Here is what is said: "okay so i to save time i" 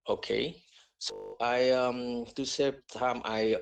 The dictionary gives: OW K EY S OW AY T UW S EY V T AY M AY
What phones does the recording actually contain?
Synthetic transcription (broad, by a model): OW K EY S OW AY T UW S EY P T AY M AY